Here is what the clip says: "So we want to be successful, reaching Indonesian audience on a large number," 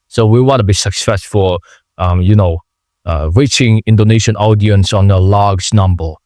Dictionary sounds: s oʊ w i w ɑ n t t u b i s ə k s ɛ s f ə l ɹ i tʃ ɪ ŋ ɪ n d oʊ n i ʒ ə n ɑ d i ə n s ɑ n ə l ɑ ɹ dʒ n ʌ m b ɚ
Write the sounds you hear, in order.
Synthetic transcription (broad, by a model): s oʊ w i w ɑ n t t u b i s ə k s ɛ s f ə n ɹ i tʃ ɪ ŋ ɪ n d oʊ n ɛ ʃ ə n ɑ d i ə n s ɑ n ə l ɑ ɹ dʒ n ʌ m b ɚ